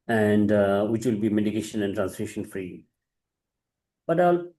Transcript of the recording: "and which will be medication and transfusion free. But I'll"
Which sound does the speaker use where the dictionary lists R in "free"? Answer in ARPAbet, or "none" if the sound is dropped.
R